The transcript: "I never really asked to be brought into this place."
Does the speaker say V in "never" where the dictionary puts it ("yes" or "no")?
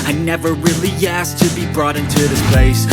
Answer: yes